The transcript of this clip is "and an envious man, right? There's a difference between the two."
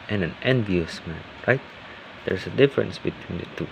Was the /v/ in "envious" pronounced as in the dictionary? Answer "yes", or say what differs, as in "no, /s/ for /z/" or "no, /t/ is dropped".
yes